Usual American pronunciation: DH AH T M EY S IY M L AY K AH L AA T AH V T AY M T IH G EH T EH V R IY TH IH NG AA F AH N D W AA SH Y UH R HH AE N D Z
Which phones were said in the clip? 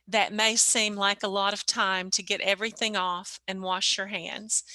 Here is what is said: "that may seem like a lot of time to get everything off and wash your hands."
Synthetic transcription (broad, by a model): DH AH T M EY S IY M L AY K AH L AA T AH V T AY M T IH G EH T EH V R IY TH IH NG AA F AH N W AA SH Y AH R HH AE N D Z